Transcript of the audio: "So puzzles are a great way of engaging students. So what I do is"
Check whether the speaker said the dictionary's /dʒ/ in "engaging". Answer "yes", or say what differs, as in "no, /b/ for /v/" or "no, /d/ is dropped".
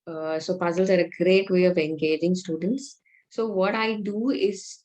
yes